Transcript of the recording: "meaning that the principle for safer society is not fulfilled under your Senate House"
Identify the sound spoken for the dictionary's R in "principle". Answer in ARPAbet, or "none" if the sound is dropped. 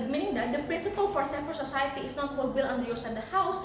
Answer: R